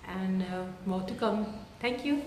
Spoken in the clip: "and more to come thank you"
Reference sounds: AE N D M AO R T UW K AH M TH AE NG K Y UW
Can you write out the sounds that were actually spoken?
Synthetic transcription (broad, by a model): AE N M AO T UW K AH M T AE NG K Y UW